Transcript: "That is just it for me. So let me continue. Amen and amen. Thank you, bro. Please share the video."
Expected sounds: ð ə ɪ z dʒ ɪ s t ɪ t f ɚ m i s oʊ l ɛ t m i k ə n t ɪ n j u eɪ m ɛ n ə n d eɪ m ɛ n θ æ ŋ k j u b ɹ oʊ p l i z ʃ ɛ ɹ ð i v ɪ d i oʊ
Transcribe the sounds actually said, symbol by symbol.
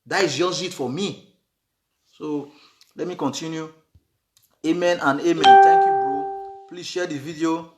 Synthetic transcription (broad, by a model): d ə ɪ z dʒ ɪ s ɪ t f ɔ m i s oʊ l ɛ t m i k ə n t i n j u eɪ m ɛ n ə n eɪ m ɛ n t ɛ k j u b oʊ p l i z ʃ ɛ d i v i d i oʊ